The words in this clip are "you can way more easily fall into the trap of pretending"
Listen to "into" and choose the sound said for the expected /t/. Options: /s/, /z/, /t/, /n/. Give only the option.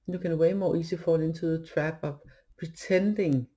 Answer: /s/